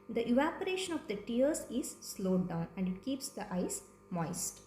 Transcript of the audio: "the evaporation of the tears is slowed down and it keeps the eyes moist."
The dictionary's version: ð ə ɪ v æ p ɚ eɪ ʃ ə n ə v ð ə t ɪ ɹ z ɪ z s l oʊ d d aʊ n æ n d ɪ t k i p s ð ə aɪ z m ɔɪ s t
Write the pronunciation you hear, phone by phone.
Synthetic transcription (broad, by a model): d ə ɪ v æ p ɚ eɪ ʃ ə n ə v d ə t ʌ ɹ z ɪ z s l oʊ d d aʊ n æ n d ɪ t k i p s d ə aɪ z m ɔɪ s t